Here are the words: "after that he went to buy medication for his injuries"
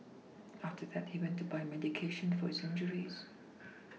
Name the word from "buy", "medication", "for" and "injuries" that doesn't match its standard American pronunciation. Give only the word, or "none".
none